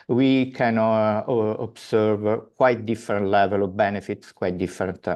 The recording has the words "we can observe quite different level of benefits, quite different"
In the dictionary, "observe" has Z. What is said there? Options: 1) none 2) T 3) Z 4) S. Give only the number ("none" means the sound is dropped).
4